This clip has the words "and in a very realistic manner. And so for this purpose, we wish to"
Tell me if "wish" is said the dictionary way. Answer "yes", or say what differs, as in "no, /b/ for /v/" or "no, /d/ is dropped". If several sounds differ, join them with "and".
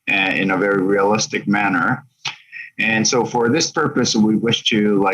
yes